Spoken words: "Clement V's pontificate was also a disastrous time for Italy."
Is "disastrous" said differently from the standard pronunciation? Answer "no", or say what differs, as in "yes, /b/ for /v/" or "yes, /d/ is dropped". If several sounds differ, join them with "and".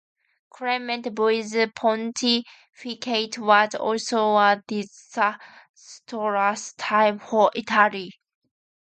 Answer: yes, /s/ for /z/